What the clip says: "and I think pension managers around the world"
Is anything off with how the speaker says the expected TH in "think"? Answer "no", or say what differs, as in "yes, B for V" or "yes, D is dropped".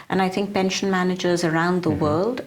no